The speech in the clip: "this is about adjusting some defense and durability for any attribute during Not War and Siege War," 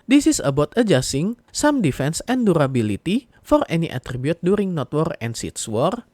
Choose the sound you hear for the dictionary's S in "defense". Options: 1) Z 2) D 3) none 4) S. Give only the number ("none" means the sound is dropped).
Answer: 4